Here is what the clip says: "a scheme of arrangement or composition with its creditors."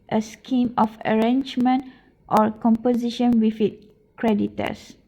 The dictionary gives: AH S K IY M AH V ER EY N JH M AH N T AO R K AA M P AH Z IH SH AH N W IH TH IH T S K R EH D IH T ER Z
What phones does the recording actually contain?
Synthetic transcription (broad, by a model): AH S K IY M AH F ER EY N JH M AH N T AO R K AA M P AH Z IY SH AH N W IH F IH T K R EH D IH T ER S